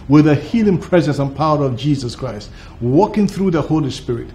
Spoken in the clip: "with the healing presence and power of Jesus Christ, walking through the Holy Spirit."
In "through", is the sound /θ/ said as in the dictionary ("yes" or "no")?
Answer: yes